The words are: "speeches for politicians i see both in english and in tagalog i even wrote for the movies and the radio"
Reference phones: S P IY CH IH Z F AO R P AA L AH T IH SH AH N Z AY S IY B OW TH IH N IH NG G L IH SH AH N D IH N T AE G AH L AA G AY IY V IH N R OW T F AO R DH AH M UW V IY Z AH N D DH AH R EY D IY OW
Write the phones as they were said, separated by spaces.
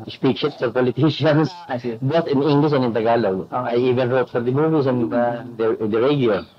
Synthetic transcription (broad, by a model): S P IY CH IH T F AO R P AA L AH T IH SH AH N S B OW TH IH N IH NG G L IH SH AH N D IH N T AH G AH L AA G AY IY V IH N R OW T F AO R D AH M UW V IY S AH N D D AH R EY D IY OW